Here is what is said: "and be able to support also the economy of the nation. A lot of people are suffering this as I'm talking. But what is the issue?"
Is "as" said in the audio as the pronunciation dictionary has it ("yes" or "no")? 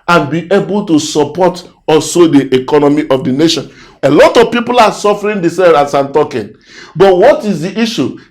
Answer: no